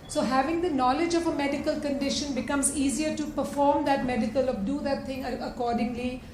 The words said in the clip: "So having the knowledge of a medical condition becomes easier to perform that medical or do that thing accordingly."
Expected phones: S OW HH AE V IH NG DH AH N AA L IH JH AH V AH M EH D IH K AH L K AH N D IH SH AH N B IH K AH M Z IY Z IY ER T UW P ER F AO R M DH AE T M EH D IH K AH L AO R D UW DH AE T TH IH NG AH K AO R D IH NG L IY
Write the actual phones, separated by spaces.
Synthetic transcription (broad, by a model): S OW HH AE V IH NG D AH N AA L IH JH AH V AH M EH D IH K AH L K AH N D IH SH AH N B IH K AH M Z IY Z IY ER T UW P ER F AO R M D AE T M EH D IH K AH L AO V D UW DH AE T T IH NG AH K AO R D IH NG L IY